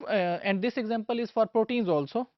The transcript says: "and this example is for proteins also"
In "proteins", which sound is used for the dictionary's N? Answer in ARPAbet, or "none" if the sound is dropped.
N